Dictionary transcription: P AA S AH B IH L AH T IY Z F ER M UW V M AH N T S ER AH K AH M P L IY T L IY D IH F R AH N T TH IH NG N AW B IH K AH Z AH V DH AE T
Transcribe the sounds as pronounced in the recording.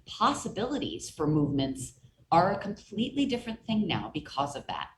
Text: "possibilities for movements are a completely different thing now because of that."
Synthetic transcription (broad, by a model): P AA S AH B IH L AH T IY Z F ER M UW V M AH N T S ER AH K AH M P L IY T L IY D IH F R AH N TH IH NG N AW B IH K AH Z AH V DH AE T